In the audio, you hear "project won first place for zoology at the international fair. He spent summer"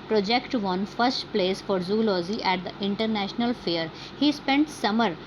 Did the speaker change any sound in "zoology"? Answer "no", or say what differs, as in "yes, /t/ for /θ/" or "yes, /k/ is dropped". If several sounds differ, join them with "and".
yes, /z/ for /dʒ/